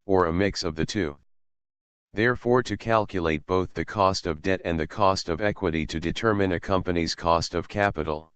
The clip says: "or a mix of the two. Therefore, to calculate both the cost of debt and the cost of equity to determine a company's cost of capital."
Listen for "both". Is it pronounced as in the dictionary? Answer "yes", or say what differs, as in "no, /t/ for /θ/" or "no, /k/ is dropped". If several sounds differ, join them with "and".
yes